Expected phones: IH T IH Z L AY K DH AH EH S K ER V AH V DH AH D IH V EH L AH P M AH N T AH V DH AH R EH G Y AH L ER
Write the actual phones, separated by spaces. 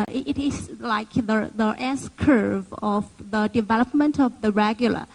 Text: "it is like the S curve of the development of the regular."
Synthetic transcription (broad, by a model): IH T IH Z L AY K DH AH EH S K ER V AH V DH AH D IH V EH L AH P M AH N T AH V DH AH R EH G Y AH L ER